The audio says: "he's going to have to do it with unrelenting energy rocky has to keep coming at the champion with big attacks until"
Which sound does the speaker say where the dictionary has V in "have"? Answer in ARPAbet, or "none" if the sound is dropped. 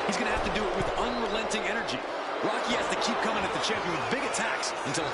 F